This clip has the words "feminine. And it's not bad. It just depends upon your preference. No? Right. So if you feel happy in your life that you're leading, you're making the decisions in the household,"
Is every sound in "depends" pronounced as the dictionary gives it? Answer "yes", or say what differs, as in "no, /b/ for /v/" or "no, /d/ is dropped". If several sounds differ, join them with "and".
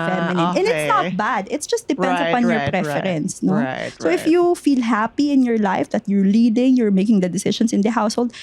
no, /s/ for /z/